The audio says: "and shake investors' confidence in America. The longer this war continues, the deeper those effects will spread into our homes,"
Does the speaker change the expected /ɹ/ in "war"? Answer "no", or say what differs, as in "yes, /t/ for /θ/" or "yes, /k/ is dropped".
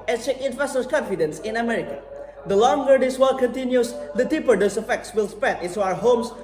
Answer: yes, /l/ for /ɹ/